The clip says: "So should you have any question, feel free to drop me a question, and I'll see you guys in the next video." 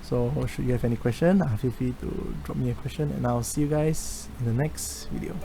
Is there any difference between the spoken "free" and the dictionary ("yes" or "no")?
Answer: yes